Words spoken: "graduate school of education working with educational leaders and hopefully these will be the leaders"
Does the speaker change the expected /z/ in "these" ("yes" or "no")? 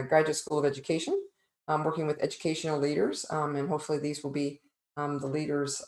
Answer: no